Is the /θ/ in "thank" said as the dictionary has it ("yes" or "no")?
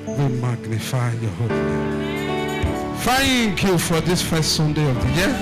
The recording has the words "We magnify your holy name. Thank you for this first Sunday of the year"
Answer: no